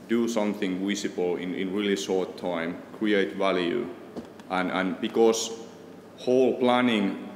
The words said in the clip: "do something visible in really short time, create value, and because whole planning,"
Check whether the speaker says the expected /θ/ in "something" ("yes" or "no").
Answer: yes